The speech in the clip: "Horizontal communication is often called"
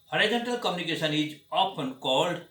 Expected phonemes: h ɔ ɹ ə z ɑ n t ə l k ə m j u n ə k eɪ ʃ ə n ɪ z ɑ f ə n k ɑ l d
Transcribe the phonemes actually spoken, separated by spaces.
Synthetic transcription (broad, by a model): h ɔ ɹ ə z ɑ n t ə l k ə m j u n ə k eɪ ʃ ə n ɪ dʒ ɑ p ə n k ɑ l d